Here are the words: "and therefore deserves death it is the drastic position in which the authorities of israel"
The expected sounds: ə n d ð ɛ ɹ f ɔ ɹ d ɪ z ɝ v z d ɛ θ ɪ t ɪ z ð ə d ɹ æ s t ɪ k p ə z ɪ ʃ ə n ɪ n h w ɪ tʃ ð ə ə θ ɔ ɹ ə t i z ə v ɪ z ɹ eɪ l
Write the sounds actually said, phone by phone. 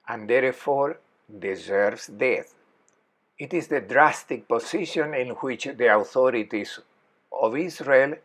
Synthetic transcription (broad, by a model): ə n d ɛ ɹ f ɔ ɹ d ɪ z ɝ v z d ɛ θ ɪ t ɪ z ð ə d ɹ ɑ s t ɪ k p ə s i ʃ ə n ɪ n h w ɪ tʃ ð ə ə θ ɔ ɹ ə t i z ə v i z ɹ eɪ l